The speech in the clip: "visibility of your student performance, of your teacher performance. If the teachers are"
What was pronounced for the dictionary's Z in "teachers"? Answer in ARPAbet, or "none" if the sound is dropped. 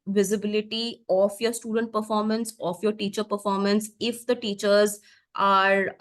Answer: Z